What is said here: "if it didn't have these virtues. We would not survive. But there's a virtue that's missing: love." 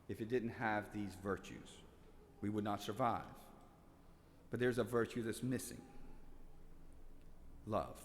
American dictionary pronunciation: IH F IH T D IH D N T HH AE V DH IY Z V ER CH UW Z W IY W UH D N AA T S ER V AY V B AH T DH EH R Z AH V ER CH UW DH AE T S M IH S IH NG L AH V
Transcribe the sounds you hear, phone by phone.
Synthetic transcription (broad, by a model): IH F IH T D IH D N T HH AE V DH IY Z V ER CH UW Z W IY W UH D N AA T S ER V AY V B AH T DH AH R Z AH V ER CH UW DH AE T S M IH S IH NG L AH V